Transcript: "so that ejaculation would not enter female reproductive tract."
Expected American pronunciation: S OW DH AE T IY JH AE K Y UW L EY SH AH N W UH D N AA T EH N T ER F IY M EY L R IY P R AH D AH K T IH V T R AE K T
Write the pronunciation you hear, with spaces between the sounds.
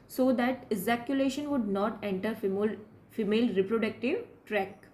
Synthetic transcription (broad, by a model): S OW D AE T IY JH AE K Y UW L EY SH AH N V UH D N AA T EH N T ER F IY M EY L R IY P R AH D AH K T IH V T R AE K